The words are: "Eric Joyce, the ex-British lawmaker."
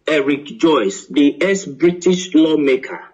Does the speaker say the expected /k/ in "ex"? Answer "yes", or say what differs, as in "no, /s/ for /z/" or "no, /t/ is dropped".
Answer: no, /k/ is dropped